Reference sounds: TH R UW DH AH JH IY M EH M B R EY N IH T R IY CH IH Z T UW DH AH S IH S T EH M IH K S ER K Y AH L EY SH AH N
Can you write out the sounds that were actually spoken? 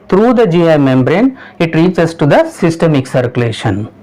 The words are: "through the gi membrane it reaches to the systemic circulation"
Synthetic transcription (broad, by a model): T R UW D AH JH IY M EH M B R EY N IH T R IY S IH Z T UW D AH S IH S T EH M IH K S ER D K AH L EY SH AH N